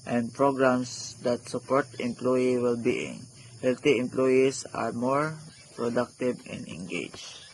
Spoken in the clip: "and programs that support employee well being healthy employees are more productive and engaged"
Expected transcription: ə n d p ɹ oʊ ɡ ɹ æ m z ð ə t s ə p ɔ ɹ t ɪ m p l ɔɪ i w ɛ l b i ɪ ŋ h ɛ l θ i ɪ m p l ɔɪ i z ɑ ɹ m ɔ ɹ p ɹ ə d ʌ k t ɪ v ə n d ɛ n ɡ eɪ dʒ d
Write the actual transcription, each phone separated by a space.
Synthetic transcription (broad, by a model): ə n d p ɹ oʊ ɡ ɹ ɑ m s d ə t s ə p ɔ ɹ t ɪ m p l ɔɪ i w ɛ l b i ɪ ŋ h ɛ l t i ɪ m p l ɔɪ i s ɑ ɹ m ɔ ɹ p ɹ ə d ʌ k t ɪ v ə n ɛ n ɡ eɪ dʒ